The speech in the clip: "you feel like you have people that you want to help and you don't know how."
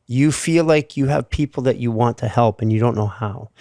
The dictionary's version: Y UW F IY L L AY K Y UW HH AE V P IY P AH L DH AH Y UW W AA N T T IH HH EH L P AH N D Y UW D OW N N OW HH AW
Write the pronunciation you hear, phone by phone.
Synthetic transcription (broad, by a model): Y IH F IY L L AY K Y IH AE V P IY P L DH AH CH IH W AA N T T IH HH EH L P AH N Y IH D OW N N OW HH AW